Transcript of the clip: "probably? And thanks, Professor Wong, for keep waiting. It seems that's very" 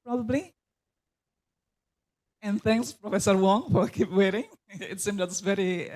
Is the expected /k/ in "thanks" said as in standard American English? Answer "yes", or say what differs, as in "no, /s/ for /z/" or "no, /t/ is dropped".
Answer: yes